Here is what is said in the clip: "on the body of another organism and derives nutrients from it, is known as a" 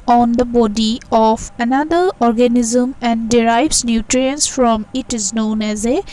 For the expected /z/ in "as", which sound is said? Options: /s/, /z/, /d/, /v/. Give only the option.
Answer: /z/